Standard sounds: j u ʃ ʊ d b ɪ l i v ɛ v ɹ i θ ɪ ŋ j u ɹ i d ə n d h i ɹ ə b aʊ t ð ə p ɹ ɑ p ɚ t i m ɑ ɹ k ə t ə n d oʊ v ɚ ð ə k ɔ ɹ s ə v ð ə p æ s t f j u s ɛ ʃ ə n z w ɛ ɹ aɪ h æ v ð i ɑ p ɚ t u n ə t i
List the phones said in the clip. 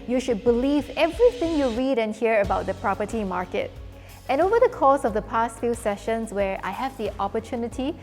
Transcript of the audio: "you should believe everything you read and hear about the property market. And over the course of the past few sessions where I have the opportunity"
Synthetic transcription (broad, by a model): j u ʃ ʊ d b ɪ l i v ɛ v ɹ i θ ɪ ŋ j u ɹ i d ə n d h i ɹ ə b aʊ t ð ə p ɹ ɑ p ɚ t i m ɑ ɹ k ə t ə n oʊ v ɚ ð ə k ɔ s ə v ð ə p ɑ s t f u s ɛ ʃ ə n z w ɛ ɹ aɪ h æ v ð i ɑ p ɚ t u n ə t i